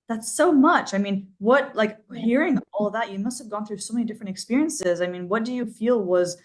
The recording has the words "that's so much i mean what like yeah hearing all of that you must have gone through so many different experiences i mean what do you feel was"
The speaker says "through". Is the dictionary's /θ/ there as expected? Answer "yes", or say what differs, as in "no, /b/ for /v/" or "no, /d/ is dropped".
yes